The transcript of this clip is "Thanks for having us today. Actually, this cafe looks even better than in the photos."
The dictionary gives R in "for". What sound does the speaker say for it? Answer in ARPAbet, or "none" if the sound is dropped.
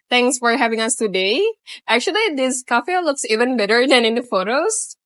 R